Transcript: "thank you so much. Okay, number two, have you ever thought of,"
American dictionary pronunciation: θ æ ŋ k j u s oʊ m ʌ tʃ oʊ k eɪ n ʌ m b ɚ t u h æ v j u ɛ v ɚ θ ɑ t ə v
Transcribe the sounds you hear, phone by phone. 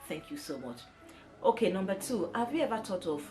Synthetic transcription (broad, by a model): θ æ ŋ k j u s oʊ m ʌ tʃ oʊ k eɪ n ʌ m b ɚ t u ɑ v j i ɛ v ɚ t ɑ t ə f